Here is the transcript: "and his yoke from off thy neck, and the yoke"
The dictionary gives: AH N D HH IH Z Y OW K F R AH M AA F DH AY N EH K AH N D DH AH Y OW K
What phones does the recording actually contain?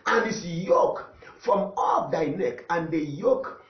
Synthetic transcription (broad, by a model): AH N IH S Y OW K F R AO M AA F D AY N EH K AH N D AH Y OW K